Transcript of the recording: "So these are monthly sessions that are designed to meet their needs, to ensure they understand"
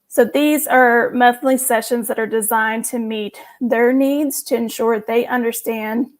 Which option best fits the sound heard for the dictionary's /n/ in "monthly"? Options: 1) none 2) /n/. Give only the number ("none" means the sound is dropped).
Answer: 1